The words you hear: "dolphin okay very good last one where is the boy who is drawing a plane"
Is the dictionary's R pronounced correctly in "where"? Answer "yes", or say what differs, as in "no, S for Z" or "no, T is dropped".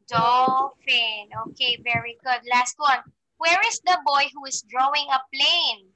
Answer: yes